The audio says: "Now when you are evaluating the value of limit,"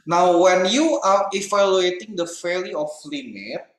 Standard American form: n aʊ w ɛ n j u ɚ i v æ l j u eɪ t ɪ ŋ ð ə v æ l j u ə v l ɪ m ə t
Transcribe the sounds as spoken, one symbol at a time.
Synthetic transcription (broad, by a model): n aʊ w ɛ n j u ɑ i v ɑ l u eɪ t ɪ ŋ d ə f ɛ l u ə f l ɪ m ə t